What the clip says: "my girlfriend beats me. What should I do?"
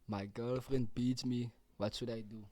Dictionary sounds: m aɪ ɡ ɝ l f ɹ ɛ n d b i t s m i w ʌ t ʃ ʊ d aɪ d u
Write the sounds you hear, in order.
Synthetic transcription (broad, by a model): m aɪ ɡ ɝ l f ɹ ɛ n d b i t m i w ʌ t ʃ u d aɪ d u